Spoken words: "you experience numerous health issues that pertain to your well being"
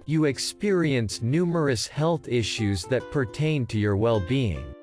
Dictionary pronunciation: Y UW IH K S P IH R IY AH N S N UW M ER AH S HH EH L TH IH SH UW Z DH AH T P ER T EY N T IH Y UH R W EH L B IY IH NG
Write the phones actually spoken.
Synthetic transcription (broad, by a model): Y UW IH K S P IH R IY AH N S N UW M ER AH S HH EH L TH IH SH UW Z DH AH T P ER T EY N T IH Y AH R W EH L B IY IH NG